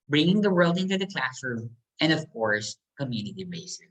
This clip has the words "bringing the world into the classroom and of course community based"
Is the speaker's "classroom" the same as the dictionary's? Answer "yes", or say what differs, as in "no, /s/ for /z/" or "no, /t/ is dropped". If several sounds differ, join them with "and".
yes